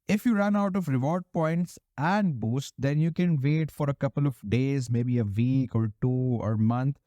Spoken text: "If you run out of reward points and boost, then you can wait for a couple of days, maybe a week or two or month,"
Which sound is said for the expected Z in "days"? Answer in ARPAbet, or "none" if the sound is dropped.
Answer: Z